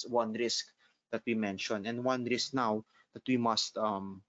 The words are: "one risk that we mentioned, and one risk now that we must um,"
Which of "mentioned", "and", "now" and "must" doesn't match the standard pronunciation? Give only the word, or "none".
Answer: mentioned